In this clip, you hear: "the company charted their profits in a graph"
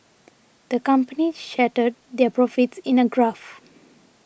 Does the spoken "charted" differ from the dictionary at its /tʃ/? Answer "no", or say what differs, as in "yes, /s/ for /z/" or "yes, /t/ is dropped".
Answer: yes, /ʃ/ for /tʃ/